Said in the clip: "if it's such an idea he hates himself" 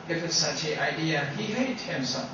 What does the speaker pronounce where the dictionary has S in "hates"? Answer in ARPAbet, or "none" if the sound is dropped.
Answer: none